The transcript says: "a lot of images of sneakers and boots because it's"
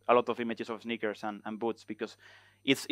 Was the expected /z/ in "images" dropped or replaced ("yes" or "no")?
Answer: yes